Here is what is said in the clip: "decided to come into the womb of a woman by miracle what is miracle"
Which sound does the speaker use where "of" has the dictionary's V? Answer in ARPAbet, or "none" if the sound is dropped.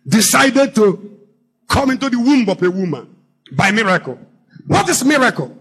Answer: P